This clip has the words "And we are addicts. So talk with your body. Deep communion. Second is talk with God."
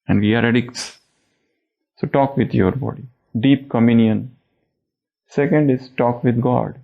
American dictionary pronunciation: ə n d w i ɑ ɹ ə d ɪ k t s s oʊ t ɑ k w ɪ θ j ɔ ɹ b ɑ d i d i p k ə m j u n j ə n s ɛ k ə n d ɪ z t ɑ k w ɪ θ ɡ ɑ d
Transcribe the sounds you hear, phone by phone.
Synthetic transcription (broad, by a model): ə n d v i ɑ ɹ ə d ɪ k t s s oʊ t ɑ k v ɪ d j ɔ ɹ b ɑ d i d i p k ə m j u n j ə n s ɛ k ə n d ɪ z t ɑ k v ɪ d ɡ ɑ d